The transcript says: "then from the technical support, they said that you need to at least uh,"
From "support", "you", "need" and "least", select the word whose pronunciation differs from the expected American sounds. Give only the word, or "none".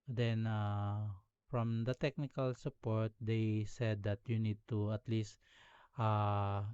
none